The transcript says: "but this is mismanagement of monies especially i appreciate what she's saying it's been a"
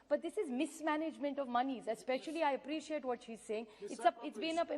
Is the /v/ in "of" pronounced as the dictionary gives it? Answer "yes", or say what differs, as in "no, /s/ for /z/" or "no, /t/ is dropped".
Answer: yes